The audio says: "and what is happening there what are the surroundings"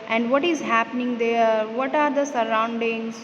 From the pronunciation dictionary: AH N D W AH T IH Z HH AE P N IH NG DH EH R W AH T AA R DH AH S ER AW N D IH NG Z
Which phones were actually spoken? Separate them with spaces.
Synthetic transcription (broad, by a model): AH N D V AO T IH Z HH AE P N IH NG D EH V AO T AA R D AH S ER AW N D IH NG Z